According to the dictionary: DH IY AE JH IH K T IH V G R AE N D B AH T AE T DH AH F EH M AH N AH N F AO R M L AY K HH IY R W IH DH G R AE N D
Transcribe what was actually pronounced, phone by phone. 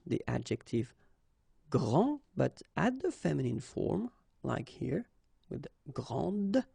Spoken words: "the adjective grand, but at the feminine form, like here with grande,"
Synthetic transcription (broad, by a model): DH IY AE JH IH K T IH V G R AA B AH T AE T DH AH F EH M AH N AH N F AO R M L AY K HH IY R W IH DH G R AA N D